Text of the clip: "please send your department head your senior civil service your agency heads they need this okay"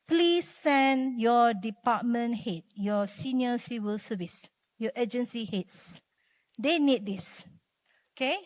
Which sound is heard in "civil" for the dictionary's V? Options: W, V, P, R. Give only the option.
W